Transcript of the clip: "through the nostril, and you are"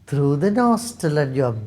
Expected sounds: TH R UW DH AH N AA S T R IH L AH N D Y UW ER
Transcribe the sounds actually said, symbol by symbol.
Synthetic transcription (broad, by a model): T R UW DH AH N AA S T IH L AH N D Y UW